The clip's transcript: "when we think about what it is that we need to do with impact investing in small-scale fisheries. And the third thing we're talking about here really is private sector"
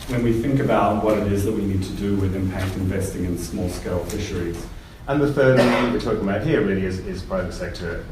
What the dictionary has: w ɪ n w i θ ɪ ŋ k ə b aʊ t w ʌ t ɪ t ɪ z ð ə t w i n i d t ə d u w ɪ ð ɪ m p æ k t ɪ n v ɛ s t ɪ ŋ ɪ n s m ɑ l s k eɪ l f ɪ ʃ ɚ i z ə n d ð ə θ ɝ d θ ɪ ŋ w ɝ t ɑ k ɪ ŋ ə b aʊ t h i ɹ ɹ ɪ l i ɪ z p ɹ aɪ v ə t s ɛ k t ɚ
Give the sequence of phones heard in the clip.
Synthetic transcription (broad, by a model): w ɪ n w i θ ɪ ŋ k ə b aʊ t w ʌ t ɪ t ɪ z ð ə t w i n i d t ə d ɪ w ɪ ð ɪ m p æ k t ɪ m v ɛ s t ɪ ŋ ɪ n s m ɑ l s k eɪ l f ɪ ʃ ɚ i z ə n ð ə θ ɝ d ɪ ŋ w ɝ t ɑ k ɪ ŋ ə b aʊ t h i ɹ ɹ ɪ l i ɪ z p ɹ aɪ v ə t s ɛ k t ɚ